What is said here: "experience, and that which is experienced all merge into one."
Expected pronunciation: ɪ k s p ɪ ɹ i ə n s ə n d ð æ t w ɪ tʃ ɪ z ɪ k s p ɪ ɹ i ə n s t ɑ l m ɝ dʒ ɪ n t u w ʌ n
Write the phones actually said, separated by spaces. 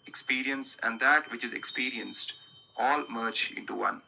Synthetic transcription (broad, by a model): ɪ k s p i ɹ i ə n s ə n d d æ t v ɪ tʃ ɪ z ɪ k s p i ɹ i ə n s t ɑ l m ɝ tʃ ɪ n t u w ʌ n